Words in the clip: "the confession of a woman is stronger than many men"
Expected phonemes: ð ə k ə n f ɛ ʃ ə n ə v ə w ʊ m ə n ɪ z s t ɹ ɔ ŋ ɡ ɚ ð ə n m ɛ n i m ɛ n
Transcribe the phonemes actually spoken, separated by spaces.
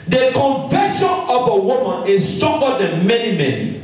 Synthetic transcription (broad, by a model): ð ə k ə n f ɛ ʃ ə n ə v ə w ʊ m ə n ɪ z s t ɔ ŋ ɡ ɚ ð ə n m ɛ n i m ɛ n